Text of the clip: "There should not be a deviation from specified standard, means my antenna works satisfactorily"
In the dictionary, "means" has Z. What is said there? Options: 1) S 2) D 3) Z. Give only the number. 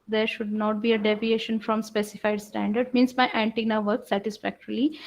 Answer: 1